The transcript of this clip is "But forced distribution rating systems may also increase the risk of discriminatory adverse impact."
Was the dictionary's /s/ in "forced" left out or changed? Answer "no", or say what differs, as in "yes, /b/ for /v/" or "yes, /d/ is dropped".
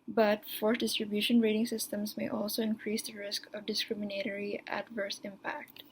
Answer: yes, /s/ is dropped